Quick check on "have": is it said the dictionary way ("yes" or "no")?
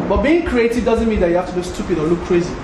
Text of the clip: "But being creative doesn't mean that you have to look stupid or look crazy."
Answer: no